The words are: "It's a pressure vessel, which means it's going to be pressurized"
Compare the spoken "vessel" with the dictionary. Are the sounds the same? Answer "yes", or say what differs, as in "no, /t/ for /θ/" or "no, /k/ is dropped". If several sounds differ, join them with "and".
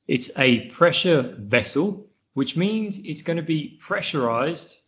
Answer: yes